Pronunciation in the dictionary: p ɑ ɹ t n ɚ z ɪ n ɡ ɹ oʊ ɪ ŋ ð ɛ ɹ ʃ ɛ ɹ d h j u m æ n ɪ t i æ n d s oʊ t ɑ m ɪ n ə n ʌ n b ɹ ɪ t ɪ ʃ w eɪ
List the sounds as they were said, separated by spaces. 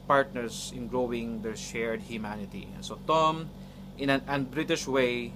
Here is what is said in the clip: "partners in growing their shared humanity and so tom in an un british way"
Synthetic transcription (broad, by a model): p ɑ ɹ t n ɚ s ɪ n ɡ ɹ oʊ ɪ ŋ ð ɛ ɹ ʃ ɛ ɹ d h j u m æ n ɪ t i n s oʊ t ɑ m ɪ n ə n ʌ n b ɹ ɪ t ɪ ʃ w eɪ